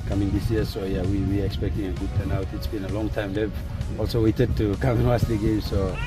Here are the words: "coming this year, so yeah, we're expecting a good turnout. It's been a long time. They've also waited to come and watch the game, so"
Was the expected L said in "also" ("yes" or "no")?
yes